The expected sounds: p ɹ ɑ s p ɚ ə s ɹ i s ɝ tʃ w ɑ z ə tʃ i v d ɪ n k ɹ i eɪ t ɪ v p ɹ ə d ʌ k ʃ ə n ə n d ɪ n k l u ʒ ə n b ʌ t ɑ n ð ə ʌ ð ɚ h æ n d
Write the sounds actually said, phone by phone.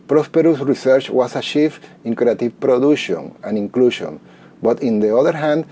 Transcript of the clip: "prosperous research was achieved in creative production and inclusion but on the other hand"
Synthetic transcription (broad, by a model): p ɹ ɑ s p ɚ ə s ɹ i s ɝ tʃ w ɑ s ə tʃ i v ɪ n k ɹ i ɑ t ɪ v p ɹ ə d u ʃ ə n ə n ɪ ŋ k l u ʃ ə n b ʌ t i n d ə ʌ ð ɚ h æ n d